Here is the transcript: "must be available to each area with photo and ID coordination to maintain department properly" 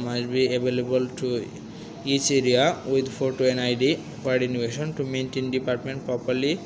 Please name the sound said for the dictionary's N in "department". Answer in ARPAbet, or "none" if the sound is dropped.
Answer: N